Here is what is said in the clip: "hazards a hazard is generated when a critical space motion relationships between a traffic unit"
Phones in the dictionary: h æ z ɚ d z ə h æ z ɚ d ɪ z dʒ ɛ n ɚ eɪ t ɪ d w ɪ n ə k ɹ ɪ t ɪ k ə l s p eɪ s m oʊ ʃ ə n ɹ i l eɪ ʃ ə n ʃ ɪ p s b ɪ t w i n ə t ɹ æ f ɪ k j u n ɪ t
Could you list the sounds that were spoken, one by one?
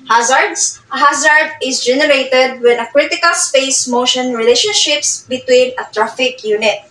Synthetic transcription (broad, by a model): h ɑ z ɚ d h ə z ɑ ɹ d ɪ s dʒ ɛ n ɚ eɪ t ɪ d w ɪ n ə k ɹ ɪ t ɪ k ə l s p eɪ s m oʊ ʃ ə n ɹ i l eɪ ʃ ə n ʃ ɪ p s b ɪ t w i n ə t ɹ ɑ f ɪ k j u n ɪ t